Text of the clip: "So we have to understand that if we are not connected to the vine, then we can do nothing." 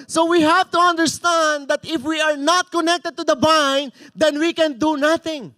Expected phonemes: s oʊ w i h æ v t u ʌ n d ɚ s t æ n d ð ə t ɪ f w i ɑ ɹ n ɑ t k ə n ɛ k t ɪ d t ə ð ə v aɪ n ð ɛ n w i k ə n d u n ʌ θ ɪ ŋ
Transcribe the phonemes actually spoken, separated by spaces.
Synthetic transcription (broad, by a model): s oʊ w i h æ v t u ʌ n d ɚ s t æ n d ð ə t ɪ f w i ɑ ɹ n ɑ t k ə n ɛ k t ɪ d t ə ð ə b aɪ n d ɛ n w i k ə n d u n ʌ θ ɪ ŋ